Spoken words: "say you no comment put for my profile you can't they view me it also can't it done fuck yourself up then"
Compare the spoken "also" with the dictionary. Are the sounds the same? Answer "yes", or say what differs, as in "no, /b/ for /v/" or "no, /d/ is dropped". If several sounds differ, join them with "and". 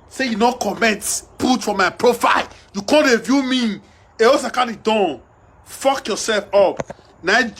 no, /l/ is dropped